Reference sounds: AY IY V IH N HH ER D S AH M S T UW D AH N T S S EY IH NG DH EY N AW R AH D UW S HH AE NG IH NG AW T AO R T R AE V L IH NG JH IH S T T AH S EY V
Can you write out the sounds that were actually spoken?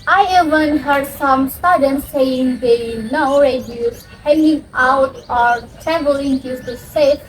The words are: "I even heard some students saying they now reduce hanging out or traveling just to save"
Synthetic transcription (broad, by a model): AY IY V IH N HH ER D S AH M S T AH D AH N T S S EY IH NG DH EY N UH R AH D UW HH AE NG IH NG AW T AO R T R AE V L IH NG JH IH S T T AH S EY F